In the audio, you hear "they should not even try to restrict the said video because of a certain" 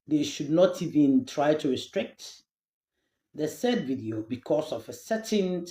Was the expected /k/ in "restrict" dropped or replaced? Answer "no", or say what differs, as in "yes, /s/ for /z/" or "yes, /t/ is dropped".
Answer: no